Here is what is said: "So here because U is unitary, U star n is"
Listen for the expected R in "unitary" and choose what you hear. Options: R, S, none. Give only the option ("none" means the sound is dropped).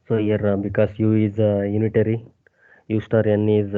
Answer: R